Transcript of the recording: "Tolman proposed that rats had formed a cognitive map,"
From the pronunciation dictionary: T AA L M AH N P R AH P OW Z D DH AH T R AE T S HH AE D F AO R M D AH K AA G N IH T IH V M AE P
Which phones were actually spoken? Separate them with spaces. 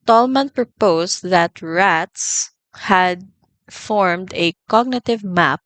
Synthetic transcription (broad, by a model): T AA L M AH N P R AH P OW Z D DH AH T R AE T S HH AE D F AO R M D AH K AA G N IH T IH V M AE P